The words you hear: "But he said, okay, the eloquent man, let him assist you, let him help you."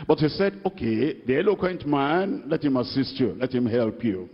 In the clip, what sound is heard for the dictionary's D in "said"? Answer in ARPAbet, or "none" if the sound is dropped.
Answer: D